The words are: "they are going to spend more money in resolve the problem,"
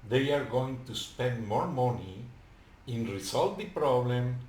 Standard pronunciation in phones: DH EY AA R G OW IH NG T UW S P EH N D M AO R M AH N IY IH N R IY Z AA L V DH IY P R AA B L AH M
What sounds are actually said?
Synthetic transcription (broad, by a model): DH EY AA R G OW IH NG T UW S P EH N D M AO R M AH N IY IH N R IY S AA L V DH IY P R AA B L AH M